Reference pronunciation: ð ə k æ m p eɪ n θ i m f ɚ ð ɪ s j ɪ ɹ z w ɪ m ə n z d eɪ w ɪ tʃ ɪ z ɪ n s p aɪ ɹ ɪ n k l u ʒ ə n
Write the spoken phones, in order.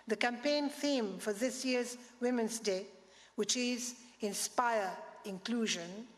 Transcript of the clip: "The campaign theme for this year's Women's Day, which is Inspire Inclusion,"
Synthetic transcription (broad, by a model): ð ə k æ m p eɪ n θ i m f ɚ ð ɪ s j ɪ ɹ z w ɪ m ə n z d eɪ w ɪ tʃ ɪ z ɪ n s p aɪ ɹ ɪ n k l u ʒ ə n